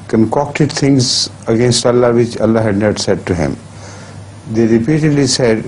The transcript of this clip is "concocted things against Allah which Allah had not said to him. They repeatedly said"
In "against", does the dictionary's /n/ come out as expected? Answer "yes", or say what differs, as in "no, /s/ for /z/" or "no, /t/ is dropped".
yes